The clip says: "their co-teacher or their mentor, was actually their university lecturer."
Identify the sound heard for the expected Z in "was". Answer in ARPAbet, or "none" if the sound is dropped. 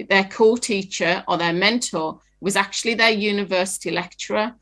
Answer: Z